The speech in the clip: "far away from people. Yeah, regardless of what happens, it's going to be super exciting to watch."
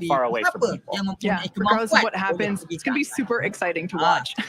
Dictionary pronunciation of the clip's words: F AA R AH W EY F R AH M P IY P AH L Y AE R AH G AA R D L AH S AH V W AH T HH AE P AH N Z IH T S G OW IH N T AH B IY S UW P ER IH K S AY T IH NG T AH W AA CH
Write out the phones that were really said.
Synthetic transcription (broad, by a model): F AA R AH W EY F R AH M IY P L Y AE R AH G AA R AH AH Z W AH T HH AE P AH N Z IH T S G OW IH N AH B IY S UW P ER IH K S AY T IH NG T AH W AA CH